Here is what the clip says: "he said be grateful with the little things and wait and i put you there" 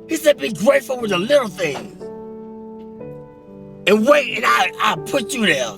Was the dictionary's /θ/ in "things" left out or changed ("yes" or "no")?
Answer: no